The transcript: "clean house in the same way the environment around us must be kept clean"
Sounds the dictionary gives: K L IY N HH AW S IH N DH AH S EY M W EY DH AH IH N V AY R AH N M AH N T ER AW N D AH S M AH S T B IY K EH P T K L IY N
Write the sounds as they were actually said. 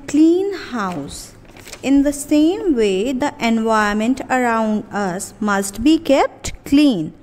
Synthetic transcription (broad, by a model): K L IY N HH AW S IH N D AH S EY M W EY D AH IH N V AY AH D M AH N T ER AW N D AH S M AH S T B IY K EH P T K L IY N